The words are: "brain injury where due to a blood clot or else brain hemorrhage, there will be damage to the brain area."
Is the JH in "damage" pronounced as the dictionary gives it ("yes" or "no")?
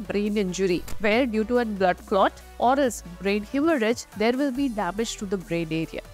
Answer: yes